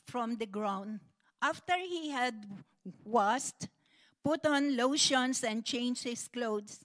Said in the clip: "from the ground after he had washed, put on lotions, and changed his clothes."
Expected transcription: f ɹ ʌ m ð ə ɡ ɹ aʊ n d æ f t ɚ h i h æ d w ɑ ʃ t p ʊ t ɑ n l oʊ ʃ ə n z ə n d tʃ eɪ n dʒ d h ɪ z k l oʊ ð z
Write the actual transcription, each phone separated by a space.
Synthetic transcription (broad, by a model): f ɹ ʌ m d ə ɡ ɹ aʊ n d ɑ f t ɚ h i h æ d w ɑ s t p ʊ t ɑ n l oʊ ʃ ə n s ə n d tʃ eɪ n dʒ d h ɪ s k l oʊ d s